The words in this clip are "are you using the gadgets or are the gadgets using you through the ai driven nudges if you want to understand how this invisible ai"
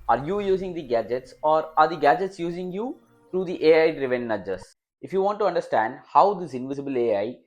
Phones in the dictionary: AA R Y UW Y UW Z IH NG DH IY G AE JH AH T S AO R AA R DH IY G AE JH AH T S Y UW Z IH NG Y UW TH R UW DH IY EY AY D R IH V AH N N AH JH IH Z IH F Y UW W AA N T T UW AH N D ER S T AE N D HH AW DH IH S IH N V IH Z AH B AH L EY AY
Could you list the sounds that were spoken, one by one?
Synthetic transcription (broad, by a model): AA R Y UW Y UW Z IH NG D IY G AE JH AH T S AO R AA R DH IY G AE JH AH T S Y UW Z IH NG Y UW T R UW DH IY EY AY D R IH V AH N N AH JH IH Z IH F Y UW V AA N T T UW AH N D ER S T AE N D HH AW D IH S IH N V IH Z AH B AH L EY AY